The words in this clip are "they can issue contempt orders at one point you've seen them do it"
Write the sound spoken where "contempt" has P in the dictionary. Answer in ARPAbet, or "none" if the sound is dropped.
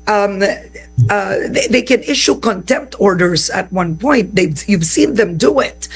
P